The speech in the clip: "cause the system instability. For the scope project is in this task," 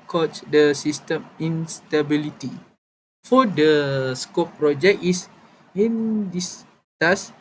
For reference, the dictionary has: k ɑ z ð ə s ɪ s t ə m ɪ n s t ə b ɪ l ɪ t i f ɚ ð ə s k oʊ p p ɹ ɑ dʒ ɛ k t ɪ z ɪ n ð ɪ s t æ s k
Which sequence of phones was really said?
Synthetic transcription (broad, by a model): k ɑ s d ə s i s t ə m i n s t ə b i l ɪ t i f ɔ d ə s k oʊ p p ɹ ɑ dʒ ɛ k ɪ s ɪ n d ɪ s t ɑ s